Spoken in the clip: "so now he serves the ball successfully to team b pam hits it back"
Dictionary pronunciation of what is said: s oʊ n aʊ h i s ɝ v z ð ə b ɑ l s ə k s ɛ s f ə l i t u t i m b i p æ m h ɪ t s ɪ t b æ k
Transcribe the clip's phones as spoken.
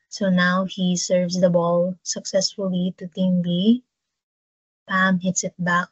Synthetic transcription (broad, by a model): s oʊ n aʊ h i s ɝ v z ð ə b ɑ l s ə k s ɛ s f ə l i t u t i m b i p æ m h ɪ t s ɪ t b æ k